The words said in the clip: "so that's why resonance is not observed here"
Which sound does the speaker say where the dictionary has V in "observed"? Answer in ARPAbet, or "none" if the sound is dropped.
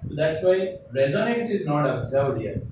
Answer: none